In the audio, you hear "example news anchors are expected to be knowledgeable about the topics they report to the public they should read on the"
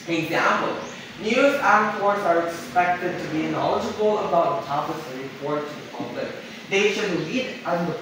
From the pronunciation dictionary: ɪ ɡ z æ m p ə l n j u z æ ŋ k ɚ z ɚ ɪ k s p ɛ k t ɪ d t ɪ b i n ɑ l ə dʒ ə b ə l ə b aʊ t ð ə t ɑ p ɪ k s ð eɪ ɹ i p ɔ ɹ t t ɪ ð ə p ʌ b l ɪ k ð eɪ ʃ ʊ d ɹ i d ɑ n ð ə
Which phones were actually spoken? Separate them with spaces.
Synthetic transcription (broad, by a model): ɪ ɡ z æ m p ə l n j u z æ k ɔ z ɚ ɪ k s p ɛ k t ɪ d t ɪ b i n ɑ l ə dʒ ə b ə l ə b aʊ t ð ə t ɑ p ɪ s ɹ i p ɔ ɹ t t ɪ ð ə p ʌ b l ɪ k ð eɪ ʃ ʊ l i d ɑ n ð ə